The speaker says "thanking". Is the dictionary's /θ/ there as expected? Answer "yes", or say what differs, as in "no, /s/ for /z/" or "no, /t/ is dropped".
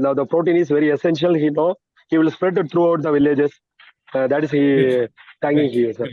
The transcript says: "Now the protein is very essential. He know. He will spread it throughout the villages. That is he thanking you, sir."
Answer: no, /t/ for /θ/